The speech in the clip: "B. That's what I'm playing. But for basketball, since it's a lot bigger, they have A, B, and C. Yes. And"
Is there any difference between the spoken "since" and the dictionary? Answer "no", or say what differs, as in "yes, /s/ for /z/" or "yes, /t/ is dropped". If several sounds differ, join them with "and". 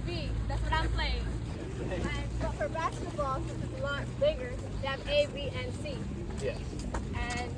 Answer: yes, /n/ is dropped